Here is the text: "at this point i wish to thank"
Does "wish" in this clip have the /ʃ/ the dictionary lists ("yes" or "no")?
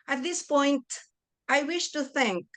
yes